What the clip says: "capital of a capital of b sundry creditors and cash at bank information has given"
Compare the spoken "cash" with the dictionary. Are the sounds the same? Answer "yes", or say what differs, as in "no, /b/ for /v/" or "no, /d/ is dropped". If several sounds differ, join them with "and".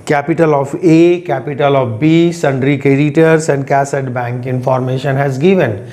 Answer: no, /s/ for /ʃ/